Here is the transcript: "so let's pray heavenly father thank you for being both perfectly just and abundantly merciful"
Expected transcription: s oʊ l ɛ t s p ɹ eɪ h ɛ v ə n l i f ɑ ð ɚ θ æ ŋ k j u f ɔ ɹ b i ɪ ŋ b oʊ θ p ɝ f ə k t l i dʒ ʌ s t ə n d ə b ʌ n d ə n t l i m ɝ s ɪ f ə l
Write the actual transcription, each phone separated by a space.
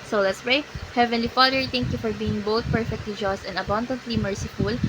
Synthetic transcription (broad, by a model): s oʊ l ɛ t s p ɹ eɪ h ɛ v ə n l i f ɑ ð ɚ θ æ ŋ k j u f ɔ ɹ b i ɪ ŋ b oʊ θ p ɝ f ə k t l i dʒ ʌ s t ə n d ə b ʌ n d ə n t l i m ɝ s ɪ f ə l